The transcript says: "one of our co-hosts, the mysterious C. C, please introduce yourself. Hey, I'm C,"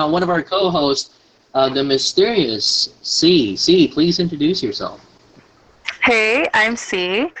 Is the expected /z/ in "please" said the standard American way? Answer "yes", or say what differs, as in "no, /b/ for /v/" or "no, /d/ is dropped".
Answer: yes